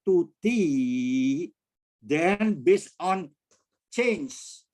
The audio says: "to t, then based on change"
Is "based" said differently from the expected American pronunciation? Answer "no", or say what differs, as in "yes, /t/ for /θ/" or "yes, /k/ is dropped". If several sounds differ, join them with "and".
yes, /t/ is dropped